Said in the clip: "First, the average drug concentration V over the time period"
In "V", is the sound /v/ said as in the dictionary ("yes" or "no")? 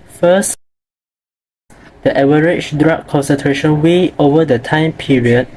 no